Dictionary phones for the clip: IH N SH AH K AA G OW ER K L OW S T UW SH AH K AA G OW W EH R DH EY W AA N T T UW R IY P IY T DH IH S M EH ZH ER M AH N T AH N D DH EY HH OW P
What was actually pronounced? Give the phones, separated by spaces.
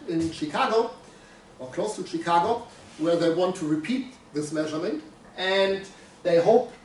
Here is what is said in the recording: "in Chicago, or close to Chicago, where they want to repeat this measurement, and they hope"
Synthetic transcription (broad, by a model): IH N SH AH K AA G OW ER K L OW S T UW SH AH K AA G OW W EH R DH EY W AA N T T UW R IY P IY T DH IH S M EH ZH ER M AH N T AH N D DH EY HH OW P